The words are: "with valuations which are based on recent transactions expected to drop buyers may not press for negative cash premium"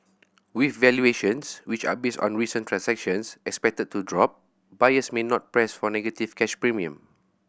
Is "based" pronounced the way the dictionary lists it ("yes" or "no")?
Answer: yes